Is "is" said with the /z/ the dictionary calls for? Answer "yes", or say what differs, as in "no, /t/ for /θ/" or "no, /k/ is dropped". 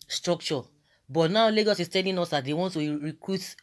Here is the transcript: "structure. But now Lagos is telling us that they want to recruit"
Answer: no, /s/ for /z/